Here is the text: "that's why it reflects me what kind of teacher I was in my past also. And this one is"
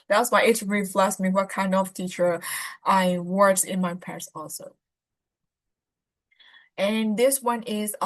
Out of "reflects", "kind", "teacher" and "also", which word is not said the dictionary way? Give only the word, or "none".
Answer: reflects